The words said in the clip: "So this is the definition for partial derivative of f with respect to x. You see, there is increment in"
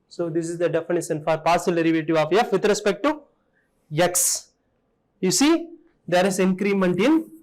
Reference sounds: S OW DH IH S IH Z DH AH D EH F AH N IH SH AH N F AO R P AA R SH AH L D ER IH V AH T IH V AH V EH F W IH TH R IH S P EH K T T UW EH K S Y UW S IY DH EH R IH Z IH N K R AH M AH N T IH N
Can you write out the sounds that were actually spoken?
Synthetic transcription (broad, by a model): S OW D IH S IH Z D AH D EH F AH N IH SH AH N F AO R P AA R S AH L D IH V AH T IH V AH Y EH F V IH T R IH S P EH K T T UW EH K S Y UW S IY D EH R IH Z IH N K R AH M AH N T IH N